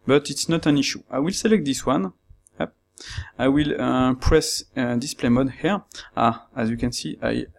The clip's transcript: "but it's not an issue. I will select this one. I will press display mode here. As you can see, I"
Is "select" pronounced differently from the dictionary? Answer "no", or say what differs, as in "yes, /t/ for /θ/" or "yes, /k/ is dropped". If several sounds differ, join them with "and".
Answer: no